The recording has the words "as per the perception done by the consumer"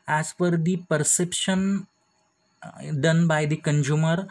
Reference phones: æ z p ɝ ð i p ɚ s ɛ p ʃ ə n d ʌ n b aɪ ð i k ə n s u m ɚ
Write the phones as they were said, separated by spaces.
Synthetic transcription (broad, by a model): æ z f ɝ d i p ɚ s ɛ p ʃ ə n d ʌ n b aɪ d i k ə n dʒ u m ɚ